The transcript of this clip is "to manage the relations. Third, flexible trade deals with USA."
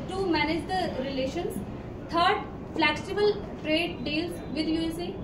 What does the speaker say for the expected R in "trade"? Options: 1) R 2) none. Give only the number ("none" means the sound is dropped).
1